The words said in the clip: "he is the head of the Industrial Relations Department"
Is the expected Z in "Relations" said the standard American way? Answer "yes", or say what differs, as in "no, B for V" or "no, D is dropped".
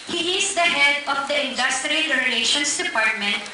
no, S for Z